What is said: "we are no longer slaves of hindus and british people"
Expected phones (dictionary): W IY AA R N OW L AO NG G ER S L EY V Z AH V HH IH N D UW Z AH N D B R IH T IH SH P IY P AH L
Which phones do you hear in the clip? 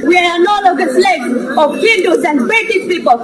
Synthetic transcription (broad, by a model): W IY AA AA N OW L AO G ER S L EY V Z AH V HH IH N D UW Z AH N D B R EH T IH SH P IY P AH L